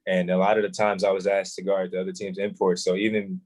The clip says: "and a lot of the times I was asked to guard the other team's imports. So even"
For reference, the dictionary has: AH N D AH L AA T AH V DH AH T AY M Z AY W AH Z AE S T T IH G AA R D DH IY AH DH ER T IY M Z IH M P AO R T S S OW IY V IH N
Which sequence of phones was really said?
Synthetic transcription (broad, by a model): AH N AH L AA T AH V DH AH T AY M Z AY W AH Z AE S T T IH G AA R D DH IY AH DH ER T IY M Z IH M P AO R T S S OW IY V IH N